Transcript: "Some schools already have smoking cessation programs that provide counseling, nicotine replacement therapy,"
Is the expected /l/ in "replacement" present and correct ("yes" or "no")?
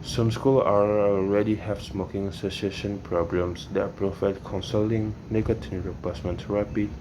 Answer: no